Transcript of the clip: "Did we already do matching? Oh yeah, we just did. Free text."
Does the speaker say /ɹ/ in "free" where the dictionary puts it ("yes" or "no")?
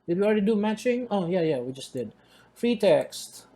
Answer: yes